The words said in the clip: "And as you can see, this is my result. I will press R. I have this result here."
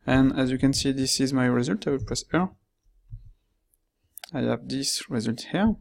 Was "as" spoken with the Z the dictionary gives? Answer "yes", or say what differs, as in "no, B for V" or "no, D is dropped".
yes